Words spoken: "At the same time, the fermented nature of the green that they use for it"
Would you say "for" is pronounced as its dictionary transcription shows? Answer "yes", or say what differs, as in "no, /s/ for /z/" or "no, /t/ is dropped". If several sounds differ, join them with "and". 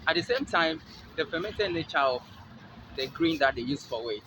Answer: no, /w/ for /ɹ/